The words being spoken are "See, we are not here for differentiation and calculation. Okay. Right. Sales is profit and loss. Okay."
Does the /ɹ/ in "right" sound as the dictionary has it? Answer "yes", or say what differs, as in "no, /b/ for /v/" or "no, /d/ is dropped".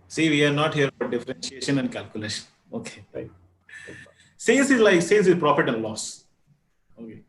no, /l/ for /ɹ/